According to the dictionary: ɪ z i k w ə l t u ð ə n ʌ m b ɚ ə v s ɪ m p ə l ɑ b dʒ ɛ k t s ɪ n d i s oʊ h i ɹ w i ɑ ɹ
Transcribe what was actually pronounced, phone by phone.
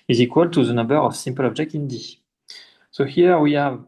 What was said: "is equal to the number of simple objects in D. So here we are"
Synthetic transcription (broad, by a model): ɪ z i k w ə l t u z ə n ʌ b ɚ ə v s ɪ m p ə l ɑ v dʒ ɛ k ɪ n d i s oʊ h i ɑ w i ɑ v